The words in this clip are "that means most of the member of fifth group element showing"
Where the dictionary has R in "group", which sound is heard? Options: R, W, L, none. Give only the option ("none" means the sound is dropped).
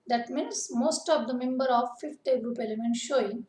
R